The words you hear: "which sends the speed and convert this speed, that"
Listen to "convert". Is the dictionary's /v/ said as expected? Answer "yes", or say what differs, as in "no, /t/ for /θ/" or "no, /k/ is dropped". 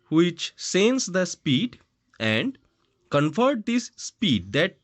no, /f/ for /v/